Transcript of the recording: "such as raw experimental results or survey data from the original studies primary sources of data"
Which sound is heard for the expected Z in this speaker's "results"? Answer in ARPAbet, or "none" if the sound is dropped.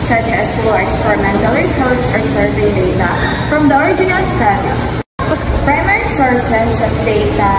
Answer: S